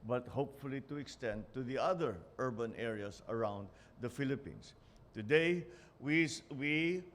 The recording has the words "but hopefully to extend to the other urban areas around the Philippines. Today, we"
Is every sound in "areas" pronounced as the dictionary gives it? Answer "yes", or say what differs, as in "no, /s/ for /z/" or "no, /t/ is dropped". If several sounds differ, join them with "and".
no, /s/ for /z/